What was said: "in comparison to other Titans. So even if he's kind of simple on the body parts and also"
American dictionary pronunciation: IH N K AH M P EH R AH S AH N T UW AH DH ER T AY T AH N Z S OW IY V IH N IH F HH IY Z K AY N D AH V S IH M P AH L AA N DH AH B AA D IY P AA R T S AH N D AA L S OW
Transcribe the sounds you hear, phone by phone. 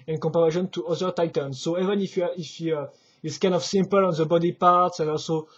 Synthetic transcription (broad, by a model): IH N K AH M P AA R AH SH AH N T UW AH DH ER T AY T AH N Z S OW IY V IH N IH F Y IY S K AY N D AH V S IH M P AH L AA N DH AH B AA D IY P AA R T S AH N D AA L S OW